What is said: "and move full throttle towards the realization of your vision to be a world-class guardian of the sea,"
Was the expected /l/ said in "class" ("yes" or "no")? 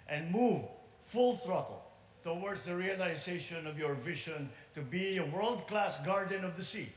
yes